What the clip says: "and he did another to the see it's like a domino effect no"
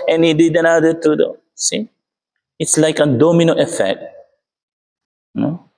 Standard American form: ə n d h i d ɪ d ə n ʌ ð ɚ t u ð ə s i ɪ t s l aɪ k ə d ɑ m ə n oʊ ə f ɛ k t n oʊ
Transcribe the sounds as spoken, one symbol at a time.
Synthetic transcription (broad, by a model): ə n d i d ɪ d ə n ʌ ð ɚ t u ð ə s i ɪ t s l aɪ k ə d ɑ m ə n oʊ ə f ɛ k t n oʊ